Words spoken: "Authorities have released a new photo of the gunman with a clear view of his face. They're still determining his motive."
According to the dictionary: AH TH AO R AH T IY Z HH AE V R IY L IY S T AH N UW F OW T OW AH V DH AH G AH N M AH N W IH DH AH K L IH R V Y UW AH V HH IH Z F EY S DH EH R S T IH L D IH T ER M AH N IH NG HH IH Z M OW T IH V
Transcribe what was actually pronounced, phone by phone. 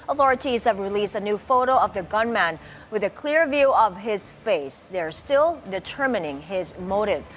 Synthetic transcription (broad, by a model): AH TH AO R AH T IY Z HH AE V R IY L IY S T AH N UW F OW T OW AH V DH AH G AH N M AH N W IH DH AH K L IH R V Y UW AH V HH IH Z F EY S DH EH R S T IH L D IH T ER M AH N IH NG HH IH Z M OW T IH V